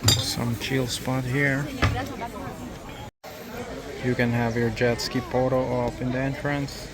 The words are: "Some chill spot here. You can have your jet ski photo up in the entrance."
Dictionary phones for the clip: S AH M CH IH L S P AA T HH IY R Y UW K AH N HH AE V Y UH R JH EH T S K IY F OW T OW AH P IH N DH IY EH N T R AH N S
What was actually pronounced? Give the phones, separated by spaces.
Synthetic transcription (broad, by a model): S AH M CH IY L S P AA T HH IY R Y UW K AH N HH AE V Y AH R JH EH T S K IY P OW T OW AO F IH N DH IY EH N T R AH N S